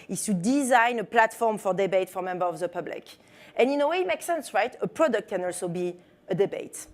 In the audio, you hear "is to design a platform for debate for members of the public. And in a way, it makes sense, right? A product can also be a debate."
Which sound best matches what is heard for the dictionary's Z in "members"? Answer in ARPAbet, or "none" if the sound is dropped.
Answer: none